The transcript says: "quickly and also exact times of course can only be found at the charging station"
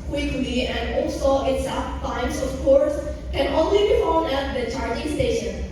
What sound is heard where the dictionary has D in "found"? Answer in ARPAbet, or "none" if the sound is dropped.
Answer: none